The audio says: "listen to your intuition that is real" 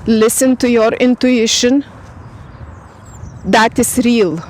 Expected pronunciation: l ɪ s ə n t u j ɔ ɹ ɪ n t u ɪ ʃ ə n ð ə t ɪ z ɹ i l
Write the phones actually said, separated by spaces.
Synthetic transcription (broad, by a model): l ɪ s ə n t u j ɔ ɹ ɪ n t u ɪ ʃ ə n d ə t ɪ s ɹ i l